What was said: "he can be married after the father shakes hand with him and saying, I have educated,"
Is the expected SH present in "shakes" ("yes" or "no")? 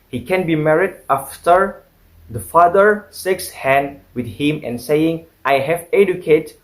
no